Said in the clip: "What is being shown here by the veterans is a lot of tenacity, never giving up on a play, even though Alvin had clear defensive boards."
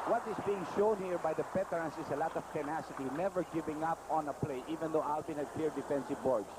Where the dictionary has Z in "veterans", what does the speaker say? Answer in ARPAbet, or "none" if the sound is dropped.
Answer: S